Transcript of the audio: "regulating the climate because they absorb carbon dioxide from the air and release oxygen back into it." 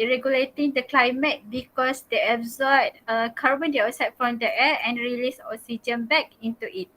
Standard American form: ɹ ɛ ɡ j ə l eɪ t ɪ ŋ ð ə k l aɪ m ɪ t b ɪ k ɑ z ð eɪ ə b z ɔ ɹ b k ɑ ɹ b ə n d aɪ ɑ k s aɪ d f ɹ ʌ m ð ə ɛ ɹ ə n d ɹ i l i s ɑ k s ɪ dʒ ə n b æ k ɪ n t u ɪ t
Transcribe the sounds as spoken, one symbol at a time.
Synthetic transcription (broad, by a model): ɹ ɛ ɡ j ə l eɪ t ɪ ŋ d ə k l aɪ m ɪ t b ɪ k ɑ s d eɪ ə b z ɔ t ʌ k ɑ ɹ b ə n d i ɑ s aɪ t f ɹ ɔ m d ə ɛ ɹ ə n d ɹ i l i s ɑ s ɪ dʒ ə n b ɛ k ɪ n t u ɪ t